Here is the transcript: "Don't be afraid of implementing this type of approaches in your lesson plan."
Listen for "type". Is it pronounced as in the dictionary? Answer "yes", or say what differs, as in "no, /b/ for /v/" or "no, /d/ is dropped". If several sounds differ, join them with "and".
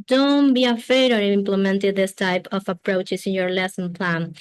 yes